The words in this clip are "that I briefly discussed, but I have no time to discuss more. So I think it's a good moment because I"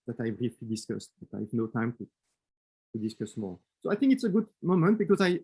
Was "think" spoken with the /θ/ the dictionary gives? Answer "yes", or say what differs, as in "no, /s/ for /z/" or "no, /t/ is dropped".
yes